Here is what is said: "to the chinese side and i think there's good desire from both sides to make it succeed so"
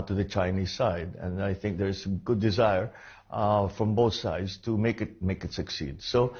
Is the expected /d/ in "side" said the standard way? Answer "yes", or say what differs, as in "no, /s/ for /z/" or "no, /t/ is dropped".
yes